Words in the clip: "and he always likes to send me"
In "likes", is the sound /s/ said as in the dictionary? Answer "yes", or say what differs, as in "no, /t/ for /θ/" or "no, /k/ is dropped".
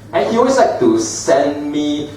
no, /s/ is dropped